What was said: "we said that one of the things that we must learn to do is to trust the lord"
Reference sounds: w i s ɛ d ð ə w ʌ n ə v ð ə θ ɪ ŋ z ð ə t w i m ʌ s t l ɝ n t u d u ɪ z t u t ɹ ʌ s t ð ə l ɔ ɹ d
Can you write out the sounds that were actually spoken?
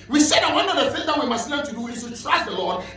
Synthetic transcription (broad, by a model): w i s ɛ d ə w ʌ n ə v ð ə f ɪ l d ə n w i m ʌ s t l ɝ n t u d u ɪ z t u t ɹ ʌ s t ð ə l ɔ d